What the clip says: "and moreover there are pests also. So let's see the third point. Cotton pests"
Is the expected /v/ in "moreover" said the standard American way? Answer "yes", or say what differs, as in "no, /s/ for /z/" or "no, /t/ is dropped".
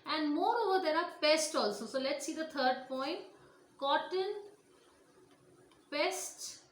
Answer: yes